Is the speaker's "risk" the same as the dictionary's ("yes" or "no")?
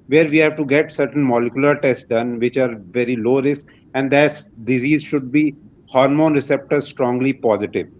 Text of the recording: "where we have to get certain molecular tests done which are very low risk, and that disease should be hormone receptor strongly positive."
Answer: no